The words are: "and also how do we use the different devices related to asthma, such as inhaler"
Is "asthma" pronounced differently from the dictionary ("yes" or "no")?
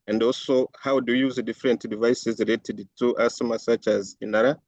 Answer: yes